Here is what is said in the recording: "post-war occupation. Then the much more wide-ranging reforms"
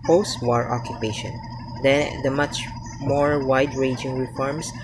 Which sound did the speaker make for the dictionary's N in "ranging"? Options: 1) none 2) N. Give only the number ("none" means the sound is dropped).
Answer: 1